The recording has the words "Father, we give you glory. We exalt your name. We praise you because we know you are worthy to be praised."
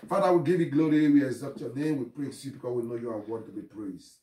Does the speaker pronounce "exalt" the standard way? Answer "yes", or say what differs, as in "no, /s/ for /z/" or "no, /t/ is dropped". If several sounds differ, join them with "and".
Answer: no, /l/ is dropped